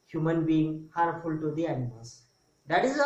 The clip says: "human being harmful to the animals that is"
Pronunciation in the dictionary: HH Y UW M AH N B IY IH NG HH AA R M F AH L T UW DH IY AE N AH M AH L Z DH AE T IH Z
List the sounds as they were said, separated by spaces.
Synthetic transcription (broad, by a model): HH Y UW M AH N B IY IH NG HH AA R F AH L T UW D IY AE N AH M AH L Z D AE T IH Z